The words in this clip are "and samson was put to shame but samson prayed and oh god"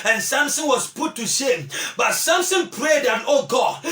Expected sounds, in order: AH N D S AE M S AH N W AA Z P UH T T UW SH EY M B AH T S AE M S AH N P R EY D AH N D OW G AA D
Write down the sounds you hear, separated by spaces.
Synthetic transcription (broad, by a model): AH N S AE M S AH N W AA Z P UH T T UW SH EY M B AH T S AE M S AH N P R EY D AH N OW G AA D